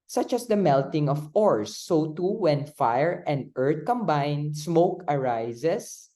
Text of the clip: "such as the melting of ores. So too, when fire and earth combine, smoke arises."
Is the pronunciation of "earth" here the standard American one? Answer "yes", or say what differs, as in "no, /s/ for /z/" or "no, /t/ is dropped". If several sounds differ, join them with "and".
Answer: no, /t/ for /θ/